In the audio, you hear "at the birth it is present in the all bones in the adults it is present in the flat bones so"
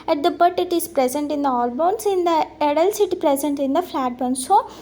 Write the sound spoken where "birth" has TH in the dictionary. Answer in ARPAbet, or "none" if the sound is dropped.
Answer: T